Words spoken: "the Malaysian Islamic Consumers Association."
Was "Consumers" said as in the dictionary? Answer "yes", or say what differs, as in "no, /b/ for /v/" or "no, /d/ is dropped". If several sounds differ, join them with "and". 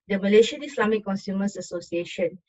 no, /s/ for /z/